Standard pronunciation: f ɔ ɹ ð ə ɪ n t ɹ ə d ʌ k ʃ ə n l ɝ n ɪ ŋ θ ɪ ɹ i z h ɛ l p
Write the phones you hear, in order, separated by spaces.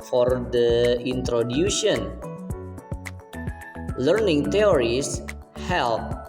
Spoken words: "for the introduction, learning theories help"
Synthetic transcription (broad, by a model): f ɔ ɹ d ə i n t ɹ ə d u ʃ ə n l ɝ n ɪ ŋ t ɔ ɹ i s h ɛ l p